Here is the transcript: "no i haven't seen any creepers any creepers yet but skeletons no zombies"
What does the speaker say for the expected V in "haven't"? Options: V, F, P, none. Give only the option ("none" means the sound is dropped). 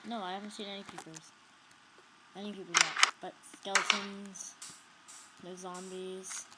V